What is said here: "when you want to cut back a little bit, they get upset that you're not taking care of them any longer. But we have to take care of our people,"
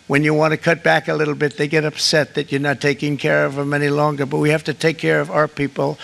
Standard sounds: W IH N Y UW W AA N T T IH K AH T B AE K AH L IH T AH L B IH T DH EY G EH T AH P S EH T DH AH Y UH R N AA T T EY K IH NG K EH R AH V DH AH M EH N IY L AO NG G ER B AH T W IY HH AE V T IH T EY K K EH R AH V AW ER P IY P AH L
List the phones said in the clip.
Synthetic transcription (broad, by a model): W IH N Y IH W AA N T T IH K AH T B AE K AH L IH T L B IH T DH EY G EH T AH P S EH T DH AH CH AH R N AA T T EY K IH NG K EH R AH V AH M EH N IY L AO NG G ER B AH T W IY HH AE F T IH T EY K K EH R AH V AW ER P IY P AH L